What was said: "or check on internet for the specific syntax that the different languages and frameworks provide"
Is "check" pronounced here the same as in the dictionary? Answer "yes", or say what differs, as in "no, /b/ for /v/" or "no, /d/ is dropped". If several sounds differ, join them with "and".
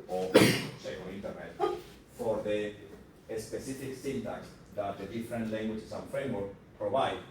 no, /s/ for /tʃ/ and /k/ is dropped